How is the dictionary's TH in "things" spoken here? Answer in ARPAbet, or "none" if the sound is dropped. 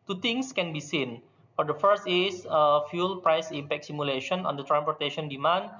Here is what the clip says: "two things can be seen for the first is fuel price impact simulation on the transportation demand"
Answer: T